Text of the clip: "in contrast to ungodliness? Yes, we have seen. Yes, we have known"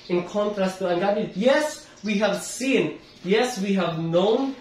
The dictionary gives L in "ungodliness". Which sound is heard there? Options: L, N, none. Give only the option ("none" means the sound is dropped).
none